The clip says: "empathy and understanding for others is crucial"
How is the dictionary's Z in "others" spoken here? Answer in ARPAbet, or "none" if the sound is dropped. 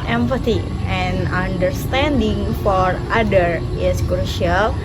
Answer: none